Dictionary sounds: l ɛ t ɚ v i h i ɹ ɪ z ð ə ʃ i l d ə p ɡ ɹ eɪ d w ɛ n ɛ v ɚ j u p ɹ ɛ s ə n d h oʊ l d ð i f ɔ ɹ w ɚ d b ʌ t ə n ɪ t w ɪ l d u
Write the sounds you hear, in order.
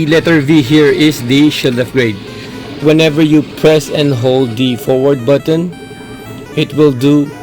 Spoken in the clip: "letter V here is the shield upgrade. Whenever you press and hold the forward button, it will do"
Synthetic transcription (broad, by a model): l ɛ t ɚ v i h i ɹ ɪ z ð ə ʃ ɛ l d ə f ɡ ɹ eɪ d w ɛ n ɛ v ɚ j u p ɹ ɛ s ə n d h oʊ l d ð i f ɔ ɹ w ɚ d b ʌ t ə n ɪ t w ɪ l d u